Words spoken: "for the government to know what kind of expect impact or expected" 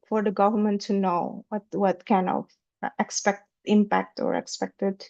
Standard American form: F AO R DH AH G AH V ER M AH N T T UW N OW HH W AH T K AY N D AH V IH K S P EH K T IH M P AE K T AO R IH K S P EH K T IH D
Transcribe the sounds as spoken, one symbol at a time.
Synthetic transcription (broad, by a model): F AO R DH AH G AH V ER M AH N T T UW N OW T W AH T K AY N AH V IH K S P EH K T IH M P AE K T AO R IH K S P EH K T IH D